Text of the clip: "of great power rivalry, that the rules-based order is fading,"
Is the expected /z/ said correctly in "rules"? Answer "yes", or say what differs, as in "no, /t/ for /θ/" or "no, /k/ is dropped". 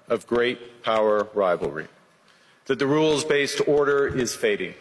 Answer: yes